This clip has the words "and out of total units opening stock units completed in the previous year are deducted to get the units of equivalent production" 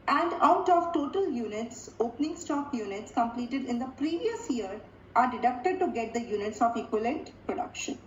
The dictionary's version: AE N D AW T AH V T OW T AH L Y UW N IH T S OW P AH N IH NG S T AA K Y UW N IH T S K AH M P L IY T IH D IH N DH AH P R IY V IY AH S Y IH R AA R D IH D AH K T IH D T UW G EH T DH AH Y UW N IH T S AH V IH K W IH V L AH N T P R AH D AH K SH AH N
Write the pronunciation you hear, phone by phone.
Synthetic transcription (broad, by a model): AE N D AW T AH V T OW T AH L Y UW N IH T S OW P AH N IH NG S T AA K Y UW N IH T S K AH M P L IY T IH D IH N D AH P R IY V IY AH S Y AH R AA R D IH D AH K T IH D T UW G EH T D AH Y UW N IH T S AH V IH K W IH L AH N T P R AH D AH K SH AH N